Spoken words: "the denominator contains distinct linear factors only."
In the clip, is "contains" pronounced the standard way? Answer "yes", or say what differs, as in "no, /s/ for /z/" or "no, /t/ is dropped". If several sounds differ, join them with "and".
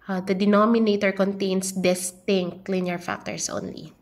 no, /s/ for /z/